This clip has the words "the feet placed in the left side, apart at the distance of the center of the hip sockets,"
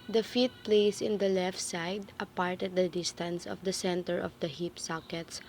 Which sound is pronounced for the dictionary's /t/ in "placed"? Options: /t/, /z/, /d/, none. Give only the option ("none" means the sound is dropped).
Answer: none